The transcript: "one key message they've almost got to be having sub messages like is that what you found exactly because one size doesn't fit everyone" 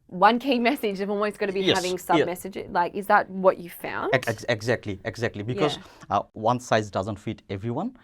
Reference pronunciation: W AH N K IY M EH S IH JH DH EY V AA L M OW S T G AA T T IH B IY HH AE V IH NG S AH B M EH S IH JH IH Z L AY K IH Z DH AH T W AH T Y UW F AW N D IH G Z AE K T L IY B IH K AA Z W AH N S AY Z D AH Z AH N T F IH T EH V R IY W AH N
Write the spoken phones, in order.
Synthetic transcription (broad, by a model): W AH N K IY M EH S IH JH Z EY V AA L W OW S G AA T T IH B IY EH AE V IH NG S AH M EH S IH JH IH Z L AY K IH Z DH AH T W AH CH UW F AW N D IH G Z AE K T L IY B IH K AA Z W AH N S AY Z D AH Z AH N T F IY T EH V R IY W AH N